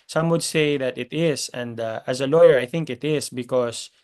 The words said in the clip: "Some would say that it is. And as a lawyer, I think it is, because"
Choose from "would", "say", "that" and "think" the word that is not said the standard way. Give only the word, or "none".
none